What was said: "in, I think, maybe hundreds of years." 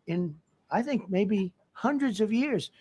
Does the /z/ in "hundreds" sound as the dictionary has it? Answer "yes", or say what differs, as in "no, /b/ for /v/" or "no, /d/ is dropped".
yes